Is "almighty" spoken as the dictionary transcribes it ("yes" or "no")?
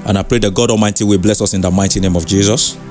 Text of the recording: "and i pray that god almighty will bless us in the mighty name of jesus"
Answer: no